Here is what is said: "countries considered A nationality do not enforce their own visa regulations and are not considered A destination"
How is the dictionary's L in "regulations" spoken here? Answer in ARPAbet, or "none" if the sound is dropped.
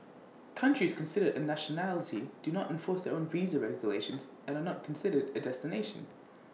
L